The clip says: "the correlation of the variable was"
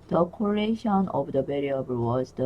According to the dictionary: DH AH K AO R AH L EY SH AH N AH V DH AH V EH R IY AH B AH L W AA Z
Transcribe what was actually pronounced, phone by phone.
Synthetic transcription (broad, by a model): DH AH K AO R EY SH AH N AH V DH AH B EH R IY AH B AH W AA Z